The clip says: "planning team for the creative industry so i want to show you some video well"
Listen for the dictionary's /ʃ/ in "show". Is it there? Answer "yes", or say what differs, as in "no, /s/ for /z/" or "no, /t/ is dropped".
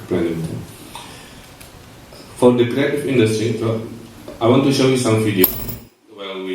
yes